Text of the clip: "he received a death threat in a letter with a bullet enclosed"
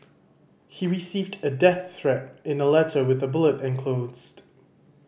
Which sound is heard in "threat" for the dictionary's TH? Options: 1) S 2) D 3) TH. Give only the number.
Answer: 3